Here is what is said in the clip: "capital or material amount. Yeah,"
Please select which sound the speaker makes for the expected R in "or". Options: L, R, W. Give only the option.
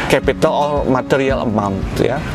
L